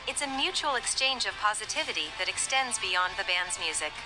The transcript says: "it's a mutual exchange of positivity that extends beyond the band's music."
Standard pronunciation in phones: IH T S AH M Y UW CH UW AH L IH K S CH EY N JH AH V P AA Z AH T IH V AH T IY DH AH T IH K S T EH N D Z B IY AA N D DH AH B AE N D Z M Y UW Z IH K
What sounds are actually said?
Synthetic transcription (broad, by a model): IH T S AH M Y UW CH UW L IH K S CH EY N JH AH V P AA Z AH T IH V AH T IY DH AH T IH K S T EH N D Z B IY AA N DH AH B AE N D Z M Y UW Z IH K